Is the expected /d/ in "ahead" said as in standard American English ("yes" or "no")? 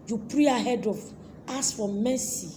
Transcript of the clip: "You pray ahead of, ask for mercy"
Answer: yes